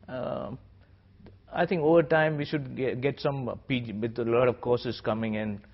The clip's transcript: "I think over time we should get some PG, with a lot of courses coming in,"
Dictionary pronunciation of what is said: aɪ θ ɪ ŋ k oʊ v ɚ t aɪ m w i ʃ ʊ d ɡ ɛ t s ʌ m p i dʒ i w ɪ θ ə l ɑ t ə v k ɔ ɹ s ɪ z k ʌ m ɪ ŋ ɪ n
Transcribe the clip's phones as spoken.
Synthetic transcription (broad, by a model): aɪ t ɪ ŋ k oʊ v ɚ t aɪ m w i ʃ ʊ d ɡ ɛ t s ʌ m p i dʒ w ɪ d ə l ɑ t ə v k ɔ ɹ s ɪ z k ʌ m ɪ ŋ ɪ n